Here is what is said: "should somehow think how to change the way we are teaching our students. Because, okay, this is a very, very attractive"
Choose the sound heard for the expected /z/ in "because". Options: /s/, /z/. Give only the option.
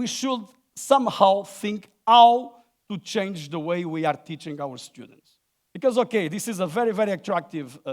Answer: /z/